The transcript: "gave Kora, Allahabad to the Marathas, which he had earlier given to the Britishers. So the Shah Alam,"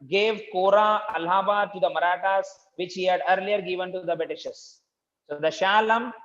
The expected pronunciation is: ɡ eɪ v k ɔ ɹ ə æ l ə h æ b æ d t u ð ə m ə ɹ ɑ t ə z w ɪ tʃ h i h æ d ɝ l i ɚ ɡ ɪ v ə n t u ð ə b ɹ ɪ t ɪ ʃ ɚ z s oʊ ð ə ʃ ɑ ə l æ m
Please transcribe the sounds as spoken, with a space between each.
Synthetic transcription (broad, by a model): ɡ eɪ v k ɔ ɹ ə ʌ l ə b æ t u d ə m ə ɹ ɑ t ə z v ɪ tʃ h i h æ d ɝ l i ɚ ɡ ɪ v ə n t u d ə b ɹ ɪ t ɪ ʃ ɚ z s oʊ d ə ʃ ɑ l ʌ m